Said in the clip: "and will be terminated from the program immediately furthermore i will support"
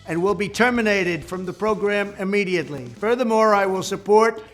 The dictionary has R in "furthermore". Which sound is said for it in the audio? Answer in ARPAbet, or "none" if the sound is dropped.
R